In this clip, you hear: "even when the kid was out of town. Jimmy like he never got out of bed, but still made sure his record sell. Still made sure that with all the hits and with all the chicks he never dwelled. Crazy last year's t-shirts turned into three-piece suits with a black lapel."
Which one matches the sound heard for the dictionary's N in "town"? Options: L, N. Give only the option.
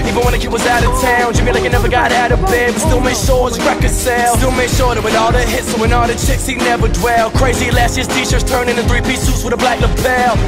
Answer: N